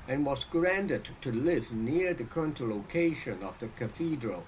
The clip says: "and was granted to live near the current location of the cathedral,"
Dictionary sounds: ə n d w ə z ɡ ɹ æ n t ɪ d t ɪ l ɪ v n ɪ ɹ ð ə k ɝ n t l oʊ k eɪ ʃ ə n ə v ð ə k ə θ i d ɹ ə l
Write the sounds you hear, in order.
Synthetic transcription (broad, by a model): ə n w ə z ɡ ɹ æ n t ɪ d t ɪ l ɪ v n ɪ ɹ ð ə k ɝ n t l oʊ k eɪ ʃ ə n ə v ð ə k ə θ i d ɹ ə l